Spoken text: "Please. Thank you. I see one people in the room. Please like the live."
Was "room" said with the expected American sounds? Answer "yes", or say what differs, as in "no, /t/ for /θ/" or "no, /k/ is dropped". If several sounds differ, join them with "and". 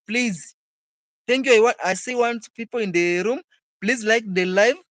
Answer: yes